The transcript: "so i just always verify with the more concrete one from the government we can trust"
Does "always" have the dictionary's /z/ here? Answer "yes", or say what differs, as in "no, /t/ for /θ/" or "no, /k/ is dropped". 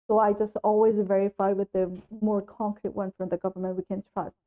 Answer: yes